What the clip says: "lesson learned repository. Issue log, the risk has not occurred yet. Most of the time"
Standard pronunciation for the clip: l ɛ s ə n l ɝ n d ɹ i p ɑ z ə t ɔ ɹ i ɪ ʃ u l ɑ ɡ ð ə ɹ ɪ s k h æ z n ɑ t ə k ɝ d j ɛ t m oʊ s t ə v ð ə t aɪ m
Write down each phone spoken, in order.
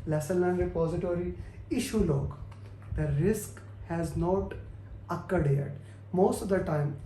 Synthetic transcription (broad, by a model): l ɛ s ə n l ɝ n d ɹ i p ɑ z ə t ɔ ɹ i ɪ ʃ u l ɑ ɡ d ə ɹ ɪ s k h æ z n ɑ t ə k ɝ d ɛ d m oʊ s t ə v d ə t aɪ m